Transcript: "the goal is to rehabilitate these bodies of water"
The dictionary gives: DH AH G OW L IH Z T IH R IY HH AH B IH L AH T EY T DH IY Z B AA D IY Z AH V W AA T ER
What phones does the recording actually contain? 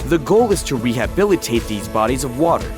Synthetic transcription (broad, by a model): DH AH G OW L IH Z T IH R IY HH AH B IH L AH T EY T DH IY Z B AA D IY Z AH V W AA T ER